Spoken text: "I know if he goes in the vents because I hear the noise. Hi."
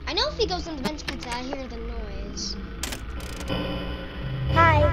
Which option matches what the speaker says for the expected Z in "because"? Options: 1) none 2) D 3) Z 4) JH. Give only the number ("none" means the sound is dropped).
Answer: 1